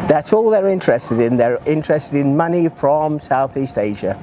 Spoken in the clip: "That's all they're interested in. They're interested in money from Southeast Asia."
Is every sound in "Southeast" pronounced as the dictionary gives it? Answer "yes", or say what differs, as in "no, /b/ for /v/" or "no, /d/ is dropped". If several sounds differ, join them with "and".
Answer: yes